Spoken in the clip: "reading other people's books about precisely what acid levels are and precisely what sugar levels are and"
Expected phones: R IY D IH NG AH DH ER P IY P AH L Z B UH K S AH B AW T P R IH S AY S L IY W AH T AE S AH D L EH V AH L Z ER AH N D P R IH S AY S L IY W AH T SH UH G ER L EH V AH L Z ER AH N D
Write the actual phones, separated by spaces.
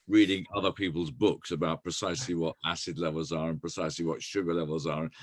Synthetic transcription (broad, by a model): R IY D IH NG AH DH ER P IY P AH L Z B UH K S AH B AW T P R IH S AY S L IY W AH T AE S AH D L EH V AH L Z ER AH N P R IH S AY S L IY W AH T SH UH G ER L EH V AH L Z ER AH N